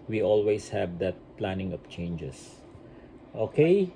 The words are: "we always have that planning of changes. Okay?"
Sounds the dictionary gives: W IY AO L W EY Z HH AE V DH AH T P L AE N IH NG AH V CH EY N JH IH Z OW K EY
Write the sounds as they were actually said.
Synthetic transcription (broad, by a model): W IY AO L W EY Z HH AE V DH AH T P L AE N IH NG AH P CH EY N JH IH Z OW K EY